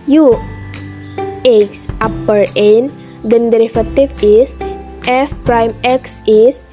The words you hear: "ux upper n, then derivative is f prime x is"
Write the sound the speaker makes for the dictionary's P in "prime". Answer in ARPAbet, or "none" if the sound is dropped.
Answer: P